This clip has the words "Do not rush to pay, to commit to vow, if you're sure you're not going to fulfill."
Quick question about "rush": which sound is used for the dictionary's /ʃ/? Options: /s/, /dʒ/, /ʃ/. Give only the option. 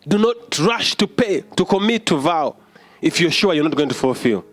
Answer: /ʃ/